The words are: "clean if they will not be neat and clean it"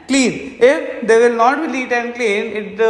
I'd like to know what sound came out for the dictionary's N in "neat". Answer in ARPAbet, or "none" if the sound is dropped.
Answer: L